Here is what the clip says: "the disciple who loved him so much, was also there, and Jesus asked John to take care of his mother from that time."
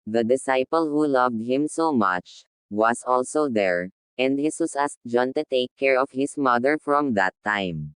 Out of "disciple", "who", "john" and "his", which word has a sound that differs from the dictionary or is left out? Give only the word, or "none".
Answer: his